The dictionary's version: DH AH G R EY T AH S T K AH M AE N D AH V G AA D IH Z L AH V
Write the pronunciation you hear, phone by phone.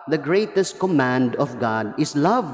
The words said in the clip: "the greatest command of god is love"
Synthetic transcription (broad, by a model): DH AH G R EY T AH S T K AH M AE N D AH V G AA D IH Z L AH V